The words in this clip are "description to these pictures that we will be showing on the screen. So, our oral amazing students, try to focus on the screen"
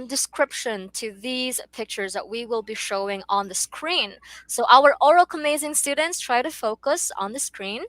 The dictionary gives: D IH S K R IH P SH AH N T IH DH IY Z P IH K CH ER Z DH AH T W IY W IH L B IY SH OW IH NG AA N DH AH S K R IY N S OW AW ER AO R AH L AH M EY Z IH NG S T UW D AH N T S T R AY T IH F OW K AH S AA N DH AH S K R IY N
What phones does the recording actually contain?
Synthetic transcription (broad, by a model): D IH S K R IH P SH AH N T IH DH IY Z P IH K CH ER Z DH AH T W IY W IH L B IY SH OW IH NG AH N DH AH S K R IY N S OW AW ER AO R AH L AH M EY Z IH NG S T UW D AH N T S T R AY T IH F OW K AH S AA N DH AH S K R IY N